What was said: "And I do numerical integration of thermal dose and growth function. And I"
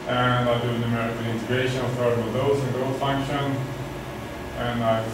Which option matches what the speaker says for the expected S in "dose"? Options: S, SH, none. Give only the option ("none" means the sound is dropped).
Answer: none